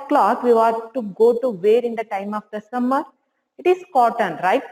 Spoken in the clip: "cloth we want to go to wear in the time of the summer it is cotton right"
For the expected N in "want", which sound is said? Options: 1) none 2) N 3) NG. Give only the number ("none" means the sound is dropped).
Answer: 1